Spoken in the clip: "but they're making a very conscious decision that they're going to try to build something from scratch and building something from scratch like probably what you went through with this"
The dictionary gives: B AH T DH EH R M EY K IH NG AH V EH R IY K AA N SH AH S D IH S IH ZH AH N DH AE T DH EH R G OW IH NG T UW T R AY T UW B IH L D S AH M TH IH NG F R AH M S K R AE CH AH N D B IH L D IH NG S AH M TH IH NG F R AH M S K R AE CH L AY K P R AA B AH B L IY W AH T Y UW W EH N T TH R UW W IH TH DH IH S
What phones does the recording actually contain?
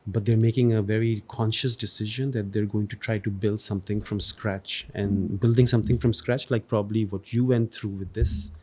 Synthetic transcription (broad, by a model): B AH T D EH R M EY K IH NG AH V EH R IY K AA N SH AH S D IH S IH ZH AH N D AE T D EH R G OW IH NG T UW T R AY T UW B IH L D S AH M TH IH NG F R AH M S K R AE CH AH N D B IH L D IH NG S AH M T IH NG F R AH M S K R AE CH L AY K P R AA B AH B L IY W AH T Y UW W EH N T T R UW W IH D IH S